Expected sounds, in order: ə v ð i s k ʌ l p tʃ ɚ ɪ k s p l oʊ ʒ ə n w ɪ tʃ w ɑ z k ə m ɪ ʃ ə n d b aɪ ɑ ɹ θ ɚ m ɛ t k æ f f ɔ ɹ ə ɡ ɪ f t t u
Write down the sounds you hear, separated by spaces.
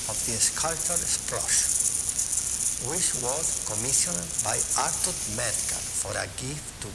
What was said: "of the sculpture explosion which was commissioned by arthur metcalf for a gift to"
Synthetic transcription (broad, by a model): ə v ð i s k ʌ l tʃ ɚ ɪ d s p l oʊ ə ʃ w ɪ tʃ w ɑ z k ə m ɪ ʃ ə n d b aɪ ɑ ɹ t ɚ m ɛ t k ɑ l f ɔ ɹ ə ɡ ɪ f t t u